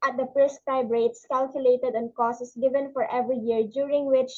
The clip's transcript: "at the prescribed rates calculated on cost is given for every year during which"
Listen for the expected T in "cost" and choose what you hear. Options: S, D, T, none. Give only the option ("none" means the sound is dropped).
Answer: none